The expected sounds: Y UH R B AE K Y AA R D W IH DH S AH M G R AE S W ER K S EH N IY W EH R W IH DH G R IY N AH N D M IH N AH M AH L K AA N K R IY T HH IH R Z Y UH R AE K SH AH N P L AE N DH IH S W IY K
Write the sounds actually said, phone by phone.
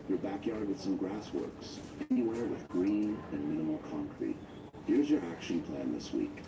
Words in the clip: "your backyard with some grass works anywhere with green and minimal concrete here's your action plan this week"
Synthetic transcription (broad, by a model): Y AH R B AE K Y AA R D W IH DH S AH M G R AE S W ER K S EH N IY W EH R W IH DH G R IY N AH N M IH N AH M L K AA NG K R IY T HH IH R Z Y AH R AE K SH AH N P L AE N DH IH S W IY K